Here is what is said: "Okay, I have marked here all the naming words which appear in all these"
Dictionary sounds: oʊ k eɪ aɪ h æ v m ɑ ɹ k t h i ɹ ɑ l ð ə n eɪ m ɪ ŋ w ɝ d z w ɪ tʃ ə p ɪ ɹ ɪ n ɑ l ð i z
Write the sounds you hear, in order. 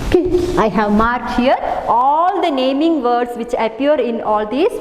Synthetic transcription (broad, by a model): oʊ k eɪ aɪ h æ v m ɑ ɹ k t h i ɹ ɑ l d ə n eɪ m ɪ ŋ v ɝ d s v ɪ tʃ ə p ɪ ɹ ɪ n ɑ l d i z